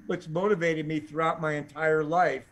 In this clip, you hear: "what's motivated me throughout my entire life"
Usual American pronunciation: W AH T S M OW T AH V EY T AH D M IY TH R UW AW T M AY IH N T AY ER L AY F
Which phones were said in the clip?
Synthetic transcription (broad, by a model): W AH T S M OW T AH V EY T AH D M IY TH R UW AW T M AY IH N T AY ER L AY F